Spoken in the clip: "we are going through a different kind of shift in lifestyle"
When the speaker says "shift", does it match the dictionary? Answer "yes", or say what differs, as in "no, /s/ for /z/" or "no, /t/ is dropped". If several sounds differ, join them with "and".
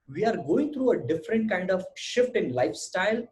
yes